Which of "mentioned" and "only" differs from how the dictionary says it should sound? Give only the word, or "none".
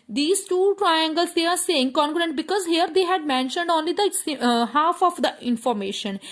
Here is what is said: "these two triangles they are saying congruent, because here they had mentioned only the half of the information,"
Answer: none